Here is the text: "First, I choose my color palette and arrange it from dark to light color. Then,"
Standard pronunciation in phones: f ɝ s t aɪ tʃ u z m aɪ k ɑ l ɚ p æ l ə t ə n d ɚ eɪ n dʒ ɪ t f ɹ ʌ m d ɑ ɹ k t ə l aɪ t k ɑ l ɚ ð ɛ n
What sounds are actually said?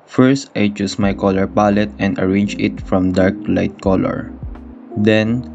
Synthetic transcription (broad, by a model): f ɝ s t aɪ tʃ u s m aɪ k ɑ l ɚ p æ l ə t ə n d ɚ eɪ n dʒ ɪ t f ɹ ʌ m d ɑ ɹ k l aɪ t k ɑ l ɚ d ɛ n